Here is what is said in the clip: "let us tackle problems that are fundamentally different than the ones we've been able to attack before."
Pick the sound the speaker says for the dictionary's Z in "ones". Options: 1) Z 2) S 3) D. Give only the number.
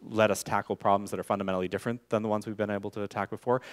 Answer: 1